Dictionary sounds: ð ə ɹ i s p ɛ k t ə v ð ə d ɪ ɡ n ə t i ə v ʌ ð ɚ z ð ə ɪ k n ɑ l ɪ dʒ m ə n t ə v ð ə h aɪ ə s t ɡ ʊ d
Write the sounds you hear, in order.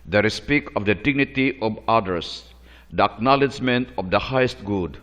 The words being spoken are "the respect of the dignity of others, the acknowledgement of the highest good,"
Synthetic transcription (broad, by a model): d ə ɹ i s p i k ə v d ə d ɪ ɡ n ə t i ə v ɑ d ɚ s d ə ɪ k n ɑ l ɪ dʒ m ə n t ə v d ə h aɪ ə s t ɡ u d